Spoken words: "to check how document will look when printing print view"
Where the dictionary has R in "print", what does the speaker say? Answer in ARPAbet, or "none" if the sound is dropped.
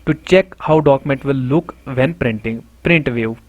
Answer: R